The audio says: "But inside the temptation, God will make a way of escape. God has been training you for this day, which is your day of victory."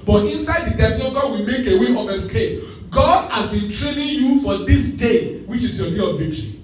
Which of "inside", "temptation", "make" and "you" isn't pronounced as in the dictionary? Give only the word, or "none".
temptation